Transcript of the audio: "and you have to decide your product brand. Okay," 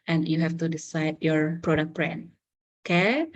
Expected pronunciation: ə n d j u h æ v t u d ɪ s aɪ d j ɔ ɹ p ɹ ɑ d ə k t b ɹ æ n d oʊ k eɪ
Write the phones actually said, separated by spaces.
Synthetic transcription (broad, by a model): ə n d j u h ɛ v t u d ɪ s aɪ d j ɔ ɹ p ɹ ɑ d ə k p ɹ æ n oʊ k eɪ